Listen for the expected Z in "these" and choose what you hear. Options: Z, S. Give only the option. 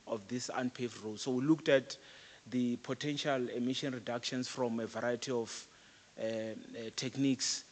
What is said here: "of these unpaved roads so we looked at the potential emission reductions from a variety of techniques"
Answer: S